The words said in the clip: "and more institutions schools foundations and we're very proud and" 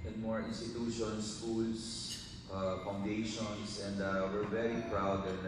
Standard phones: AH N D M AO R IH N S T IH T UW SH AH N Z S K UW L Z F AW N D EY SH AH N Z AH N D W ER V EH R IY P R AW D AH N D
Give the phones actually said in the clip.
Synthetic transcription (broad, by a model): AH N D M AO R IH N S T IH T UW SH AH N S K UW L S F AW N D EY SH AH N S AH N D W ER V EH R IY P R AW D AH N